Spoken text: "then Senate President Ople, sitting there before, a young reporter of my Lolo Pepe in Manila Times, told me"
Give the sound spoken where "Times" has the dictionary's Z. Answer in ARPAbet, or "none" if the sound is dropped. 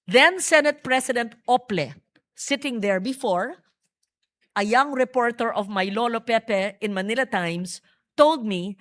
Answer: S